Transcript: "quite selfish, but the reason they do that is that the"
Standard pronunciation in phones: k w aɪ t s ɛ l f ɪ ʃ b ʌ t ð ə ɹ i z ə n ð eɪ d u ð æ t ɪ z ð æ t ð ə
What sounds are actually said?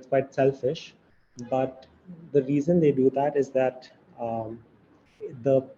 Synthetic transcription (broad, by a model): k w aɪ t s ɛ l f ɪ ʃ b ʌ t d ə ɹ i z ə n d eɪ d u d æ t ɪ z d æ t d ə